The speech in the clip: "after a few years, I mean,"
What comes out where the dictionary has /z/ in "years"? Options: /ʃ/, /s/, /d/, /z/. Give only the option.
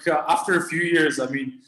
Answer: /z/